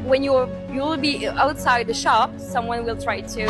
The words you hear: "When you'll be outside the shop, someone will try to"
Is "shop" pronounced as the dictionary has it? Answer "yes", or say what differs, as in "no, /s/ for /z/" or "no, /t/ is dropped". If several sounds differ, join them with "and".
yes